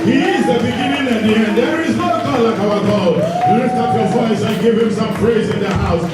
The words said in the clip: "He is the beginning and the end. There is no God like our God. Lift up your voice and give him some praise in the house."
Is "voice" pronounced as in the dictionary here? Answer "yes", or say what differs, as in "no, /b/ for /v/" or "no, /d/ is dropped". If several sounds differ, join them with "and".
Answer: yes